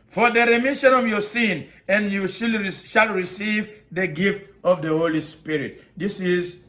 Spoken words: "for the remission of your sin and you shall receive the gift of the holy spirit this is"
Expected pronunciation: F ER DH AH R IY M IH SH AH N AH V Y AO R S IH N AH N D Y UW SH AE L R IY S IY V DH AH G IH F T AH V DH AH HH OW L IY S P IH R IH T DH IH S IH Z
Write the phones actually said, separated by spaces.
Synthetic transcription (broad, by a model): F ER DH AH R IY M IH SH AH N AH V Y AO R S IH N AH N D Y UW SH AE L R IY S IY V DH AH G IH F T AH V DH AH HH OW L IY S P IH R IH T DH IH S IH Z